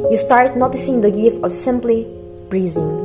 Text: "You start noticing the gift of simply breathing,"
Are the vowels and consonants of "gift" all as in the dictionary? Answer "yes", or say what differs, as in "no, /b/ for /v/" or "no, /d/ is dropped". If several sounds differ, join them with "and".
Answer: no, /t/ is dropped